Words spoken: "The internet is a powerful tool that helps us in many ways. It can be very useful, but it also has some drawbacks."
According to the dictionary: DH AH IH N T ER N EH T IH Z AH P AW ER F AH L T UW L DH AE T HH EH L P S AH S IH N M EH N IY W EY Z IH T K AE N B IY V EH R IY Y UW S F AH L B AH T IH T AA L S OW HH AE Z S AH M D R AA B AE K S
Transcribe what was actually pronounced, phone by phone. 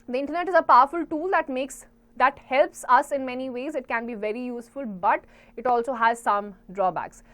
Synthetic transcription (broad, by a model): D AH IH N T ER N EH T IH Z AH P AW ER F AH L T UW L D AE T HH EH L P S AH S IH N M EH N IY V EY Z IH T K AE N B IY V EH R IY Y UW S F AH L B AH T IH T AA L S OW HH AE Z S AH M D R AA B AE K S